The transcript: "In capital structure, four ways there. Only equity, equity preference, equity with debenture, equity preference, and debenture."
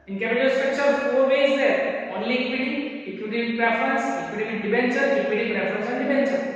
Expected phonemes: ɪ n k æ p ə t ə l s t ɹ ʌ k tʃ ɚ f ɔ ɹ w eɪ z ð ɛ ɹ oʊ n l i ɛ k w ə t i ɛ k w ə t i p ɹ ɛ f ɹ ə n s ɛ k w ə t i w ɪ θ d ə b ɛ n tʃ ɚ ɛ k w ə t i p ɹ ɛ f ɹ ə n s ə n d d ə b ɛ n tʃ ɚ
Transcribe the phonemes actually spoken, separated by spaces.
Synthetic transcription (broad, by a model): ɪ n k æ b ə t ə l s t ɹ ʌ k tʃ ɚ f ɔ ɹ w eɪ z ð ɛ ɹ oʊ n l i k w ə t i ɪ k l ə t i p ɹ ɛ f ɹ ə n s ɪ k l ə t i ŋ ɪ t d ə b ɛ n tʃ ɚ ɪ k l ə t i p ɹ ɛ f ɹ ə n s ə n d d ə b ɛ n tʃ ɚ